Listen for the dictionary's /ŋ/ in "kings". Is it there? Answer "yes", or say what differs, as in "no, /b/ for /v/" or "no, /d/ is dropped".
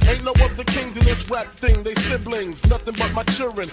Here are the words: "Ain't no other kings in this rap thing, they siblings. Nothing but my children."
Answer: yes